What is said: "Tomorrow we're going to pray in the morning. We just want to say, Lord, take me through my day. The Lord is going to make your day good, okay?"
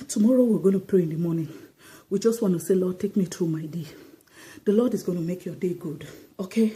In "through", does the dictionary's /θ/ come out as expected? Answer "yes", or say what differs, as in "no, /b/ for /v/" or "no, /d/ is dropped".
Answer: no, /t/ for /θ/